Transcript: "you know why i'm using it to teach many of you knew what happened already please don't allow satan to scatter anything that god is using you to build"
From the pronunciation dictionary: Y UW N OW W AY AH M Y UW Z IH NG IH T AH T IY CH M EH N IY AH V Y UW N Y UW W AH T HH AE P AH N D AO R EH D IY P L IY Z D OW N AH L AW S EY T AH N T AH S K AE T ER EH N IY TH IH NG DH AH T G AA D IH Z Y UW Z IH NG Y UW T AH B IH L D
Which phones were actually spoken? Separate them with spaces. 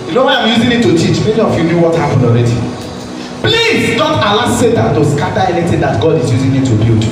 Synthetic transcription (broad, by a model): Y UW N OW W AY AH M Y UW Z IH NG IH T AH T IY CH M EH N IY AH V Y UW N Y UW W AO T HH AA P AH N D AO R EH D IY P L IY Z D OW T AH L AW S EY T AH N T AH S K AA T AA EH N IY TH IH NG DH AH T G AA D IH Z Y UW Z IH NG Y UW T AH B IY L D